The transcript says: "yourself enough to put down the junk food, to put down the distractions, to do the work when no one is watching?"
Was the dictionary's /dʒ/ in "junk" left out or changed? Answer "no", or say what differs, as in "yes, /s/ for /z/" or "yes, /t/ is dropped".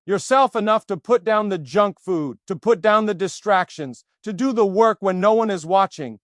no